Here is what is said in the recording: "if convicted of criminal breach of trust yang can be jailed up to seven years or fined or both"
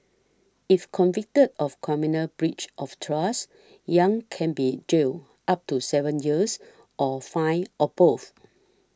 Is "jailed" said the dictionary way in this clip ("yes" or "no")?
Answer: no